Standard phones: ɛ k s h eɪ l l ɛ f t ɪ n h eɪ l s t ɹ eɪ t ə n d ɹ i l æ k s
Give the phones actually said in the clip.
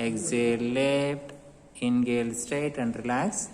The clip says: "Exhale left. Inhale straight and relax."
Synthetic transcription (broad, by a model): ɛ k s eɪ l l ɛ p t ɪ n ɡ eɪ l s t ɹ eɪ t ə n d ɹ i l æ k s